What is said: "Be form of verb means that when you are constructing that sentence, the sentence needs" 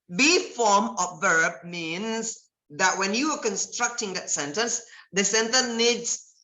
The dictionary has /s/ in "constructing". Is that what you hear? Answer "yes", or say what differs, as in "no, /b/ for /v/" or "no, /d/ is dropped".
yes